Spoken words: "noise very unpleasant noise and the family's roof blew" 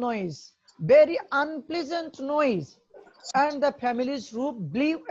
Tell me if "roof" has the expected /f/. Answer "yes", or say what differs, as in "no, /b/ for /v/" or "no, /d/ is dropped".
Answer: no, /p/ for /f/